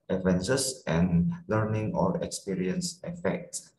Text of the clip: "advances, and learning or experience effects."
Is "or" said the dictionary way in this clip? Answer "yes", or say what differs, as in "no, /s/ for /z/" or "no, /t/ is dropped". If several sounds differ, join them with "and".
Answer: no, /l/ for /ɹ/